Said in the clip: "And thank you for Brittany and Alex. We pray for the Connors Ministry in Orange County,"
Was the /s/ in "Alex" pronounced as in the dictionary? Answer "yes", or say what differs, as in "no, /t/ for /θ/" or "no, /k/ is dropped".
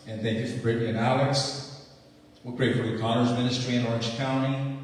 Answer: yes